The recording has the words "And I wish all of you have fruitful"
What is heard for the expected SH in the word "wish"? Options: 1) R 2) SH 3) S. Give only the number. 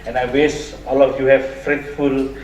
3